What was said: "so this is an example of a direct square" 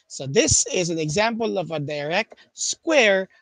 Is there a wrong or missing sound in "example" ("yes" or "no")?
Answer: no